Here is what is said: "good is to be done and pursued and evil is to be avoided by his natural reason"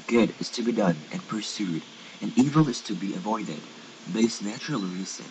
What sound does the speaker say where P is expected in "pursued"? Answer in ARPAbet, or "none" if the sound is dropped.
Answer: P